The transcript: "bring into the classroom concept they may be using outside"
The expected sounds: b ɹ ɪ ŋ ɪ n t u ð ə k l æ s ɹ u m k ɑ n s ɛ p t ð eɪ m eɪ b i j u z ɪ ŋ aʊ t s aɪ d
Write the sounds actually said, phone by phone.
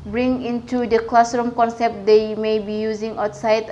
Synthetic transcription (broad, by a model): b ɹ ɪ ŋ ɪ n t u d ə k l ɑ s ɹ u m k ɑ n s ɛ p t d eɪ m eɪ b i j u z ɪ ŋ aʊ t s aɪ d